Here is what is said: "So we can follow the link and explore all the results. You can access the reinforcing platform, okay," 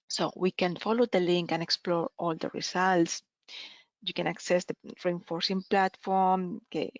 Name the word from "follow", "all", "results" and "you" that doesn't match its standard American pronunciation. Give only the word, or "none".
results